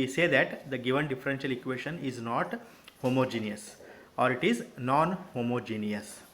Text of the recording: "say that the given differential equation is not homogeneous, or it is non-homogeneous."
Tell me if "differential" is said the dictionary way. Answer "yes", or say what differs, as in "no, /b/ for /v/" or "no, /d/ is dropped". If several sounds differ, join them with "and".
yes